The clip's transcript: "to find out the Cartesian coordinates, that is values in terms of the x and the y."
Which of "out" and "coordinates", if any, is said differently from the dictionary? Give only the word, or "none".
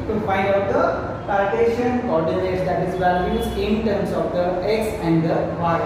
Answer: coordinates